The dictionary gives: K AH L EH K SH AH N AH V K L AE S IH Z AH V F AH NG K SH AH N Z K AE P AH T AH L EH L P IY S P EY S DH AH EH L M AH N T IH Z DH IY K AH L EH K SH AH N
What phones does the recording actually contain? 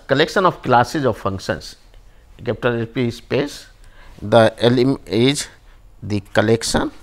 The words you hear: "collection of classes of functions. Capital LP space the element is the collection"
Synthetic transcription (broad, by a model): K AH L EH K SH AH N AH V K L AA S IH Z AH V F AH NG K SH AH N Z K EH P T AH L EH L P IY S P EY S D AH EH L AH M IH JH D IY K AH L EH K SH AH N